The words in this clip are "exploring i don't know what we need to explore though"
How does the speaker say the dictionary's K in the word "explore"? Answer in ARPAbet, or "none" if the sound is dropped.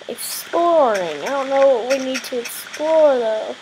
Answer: K